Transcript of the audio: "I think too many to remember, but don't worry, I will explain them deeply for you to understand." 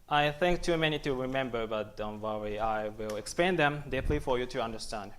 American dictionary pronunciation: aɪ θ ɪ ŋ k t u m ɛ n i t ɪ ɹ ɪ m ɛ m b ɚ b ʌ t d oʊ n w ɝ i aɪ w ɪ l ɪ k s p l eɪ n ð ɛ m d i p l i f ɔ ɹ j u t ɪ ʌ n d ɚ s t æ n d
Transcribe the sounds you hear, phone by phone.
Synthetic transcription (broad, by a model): aɪ θ ɪ ŋ k t u m ɛ n i t ɪ ɹ ɪ m ɛ m b ɚ b ʌ t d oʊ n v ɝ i aɪ w ɪ l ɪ k s p eɪ n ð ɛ m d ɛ p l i f ɔ ɹ j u t ɪ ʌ n d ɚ s t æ n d